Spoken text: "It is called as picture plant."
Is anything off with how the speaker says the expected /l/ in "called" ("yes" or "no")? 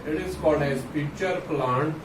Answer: yes